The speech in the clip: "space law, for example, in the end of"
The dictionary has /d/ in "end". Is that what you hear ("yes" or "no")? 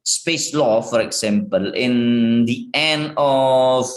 no